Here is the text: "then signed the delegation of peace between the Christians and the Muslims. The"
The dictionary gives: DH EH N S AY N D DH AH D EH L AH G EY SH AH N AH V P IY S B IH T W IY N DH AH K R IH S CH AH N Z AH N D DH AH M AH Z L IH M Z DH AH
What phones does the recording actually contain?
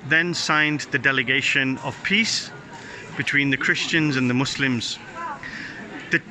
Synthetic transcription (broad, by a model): DH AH N S AY N DH AH D EH L AH G EY SH AH N AH V P IY S B IH T W IY N DH AH K R IH S CH AH N Z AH N DH AH M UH S L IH M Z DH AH